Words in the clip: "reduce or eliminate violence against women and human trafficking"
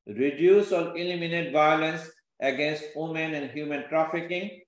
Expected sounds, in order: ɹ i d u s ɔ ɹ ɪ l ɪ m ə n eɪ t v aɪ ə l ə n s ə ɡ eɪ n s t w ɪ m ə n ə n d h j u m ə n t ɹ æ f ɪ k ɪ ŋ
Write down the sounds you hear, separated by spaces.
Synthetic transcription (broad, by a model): ɹ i d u s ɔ l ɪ l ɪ m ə n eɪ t v aɪ ə l ə n s ə ɡ eɪ n s t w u m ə n ə n d h j u m ə n t ɹ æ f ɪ k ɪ ŋ